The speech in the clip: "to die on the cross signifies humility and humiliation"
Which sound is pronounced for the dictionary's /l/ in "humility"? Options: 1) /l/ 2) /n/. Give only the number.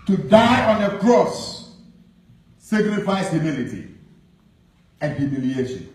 1